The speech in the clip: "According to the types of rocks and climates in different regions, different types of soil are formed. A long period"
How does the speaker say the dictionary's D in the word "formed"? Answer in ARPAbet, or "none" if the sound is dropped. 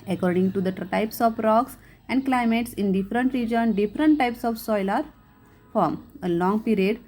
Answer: none